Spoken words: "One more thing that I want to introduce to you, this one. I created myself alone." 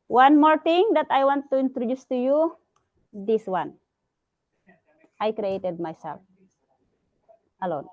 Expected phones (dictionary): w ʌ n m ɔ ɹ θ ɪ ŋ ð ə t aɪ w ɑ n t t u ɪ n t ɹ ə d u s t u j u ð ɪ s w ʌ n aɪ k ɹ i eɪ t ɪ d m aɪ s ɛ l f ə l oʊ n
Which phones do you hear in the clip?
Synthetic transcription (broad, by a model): w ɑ n m ɔ ɹ t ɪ ŋ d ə t aɪ w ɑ n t t u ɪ n t ɹ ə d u s t u j u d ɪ s w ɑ n aɪ k ɹ i eɪ t ɪ d m aɪ s ɛ l f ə l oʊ n